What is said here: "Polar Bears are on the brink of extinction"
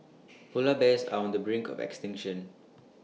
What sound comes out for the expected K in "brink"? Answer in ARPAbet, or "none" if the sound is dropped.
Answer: K